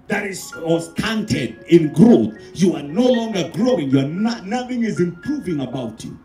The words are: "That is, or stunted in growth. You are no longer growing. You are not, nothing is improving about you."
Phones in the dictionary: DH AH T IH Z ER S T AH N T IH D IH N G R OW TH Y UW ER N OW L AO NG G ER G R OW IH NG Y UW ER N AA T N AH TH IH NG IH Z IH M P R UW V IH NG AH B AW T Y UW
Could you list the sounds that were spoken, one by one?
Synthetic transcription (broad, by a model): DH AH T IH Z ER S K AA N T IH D IH N G R OW TH Y UW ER N OW L AO NG G ER G R OW IH NG Y UW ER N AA N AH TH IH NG IH Z IH M P R UW V IH NG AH B AW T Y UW